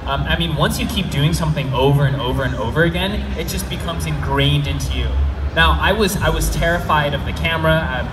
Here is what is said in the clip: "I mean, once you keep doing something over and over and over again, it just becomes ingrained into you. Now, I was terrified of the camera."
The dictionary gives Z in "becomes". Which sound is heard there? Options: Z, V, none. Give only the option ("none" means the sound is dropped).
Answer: Z